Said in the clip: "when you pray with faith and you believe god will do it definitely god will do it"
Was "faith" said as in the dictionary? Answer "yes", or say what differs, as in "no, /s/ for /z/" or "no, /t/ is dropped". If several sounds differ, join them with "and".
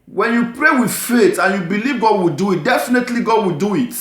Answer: no, /t/ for /θ/